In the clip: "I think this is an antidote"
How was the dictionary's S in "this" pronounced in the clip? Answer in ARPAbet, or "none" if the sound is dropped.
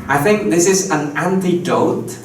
S